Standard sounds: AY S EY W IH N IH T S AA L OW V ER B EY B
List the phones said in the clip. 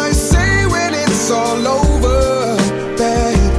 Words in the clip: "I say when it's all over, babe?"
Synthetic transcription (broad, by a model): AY S EY W IH N IH T S AA L OW V ER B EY